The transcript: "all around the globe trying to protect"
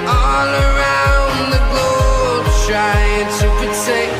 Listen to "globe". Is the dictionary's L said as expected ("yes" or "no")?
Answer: no